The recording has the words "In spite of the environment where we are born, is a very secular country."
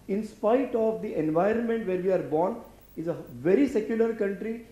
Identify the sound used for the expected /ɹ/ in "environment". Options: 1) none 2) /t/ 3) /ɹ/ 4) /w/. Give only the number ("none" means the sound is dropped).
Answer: 3